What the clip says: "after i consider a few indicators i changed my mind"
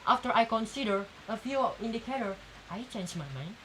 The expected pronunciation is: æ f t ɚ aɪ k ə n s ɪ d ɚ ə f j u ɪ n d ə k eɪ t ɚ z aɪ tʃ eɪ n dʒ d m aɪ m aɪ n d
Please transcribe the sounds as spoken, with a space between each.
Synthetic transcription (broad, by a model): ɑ f t ɚ aɪ k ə n s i d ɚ ə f j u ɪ n d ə k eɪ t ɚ aɪ tʃ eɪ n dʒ m aɪ m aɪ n